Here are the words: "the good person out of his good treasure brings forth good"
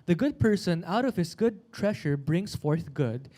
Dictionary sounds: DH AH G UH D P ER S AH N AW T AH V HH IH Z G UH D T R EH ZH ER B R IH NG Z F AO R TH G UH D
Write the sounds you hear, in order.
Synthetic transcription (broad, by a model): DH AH G UH D P ER S AH N AW T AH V HH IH S G UH D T R EH SH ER B R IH NG S F AO R TH G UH D